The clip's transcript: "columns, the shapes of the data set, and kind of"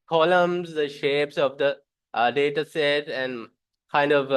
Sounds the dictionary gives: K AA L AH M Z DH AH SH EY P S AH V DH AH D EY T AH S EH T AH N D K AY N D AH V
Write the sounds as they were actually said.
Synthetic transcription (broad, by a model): K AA L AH M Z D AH SH EY P S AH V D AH D EY T AH S EH T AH N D K AY N D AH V